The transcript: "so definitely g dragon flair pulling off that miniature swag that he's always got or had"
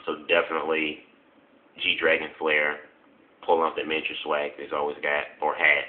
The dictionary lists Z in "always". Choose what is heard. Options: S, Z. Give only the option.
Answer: Z